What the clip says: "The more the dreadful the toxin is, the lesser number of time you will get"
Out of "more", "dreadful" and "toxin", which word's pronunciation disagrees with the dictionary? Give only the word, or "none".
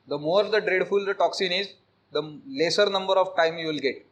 none